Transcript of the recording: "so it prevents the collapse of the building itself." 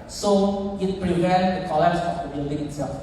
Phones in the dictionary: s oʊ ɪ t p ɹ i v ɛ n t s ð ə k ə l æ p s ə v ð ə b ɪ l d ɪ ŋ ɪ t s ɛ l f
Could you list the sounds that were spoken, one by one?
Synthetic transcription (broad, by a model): s oʊ ɪ t p ɹ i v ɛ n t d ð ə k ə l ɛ s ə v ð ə b ɪ l d ɪ ŋ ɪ t s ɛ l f